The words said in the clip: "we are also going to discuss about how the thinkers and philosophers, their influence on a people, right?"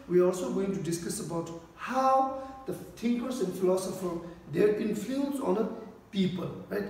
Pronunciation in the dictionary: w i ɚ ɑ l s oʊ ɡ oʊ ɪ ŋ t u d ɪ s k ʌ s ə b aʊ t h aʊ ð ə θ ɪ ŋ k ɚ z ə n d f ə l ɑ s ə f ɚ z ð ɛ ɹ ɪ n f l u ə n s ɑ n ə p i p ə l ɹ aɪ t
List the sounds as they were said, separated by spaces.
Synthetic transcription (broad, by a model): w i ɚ ɑ l s oʊ ɡ oʊ ɪ ŋ t u d ɪ s k ʌ s ə b aʊ t h aʊ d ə t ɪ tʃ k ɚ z ə n d f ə l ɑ s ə f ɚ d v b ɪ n f u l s ɑ n ə p i p ə l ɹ aɪ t